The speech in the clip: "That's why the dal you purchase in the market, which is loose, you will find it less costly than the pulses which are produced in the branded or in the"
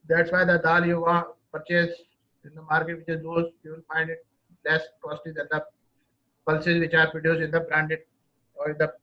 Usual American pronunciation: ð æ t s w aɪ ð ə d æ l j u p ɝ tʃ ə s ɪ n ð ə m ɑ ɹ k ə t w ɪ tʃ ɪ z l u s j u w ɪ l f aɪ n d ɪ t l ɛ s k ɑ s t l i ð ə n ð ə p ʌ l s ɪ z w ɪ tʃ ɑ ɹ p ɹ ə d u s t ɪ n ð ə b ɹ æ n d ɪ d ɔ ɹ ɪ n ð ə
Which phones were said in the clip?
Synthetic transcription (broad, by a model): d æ t s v aɪ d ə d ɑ l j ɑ p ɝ tʃ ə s ɪ n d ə m ɑ ɹ k ə t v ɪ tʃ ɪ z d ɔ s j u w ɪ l f aɪ n d ɪ t l ɛ s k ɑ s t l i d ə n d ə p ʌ l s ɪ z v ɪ tʃ ɑ ɹ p ə d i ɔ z ɪ n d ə b ɹ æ n d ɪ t ɔ ɹ ɪ n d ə